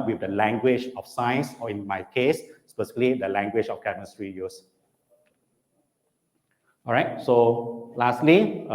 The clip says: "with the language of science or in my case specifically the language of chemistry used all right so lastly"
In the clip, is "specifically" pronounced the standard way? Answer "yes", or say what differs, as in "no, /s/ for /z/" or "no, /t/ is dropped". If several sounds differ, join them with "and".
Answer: no, /k/ is dropped